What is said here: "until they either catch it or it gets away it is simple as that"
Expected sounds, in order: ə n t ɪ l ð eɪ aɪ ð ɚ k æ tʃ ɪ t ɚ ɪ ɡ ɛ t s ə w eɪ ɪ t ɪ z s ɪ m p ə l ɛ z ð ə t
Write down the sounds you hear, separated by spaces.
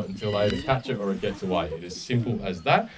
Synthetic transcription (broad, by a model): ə n t ɪ l aɪ ɚ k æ tʃ ɪ t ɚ ɪ ɡ ɛ t s ə w eɪ ɪ t ɪ z s ɪ m p l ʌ z ð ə t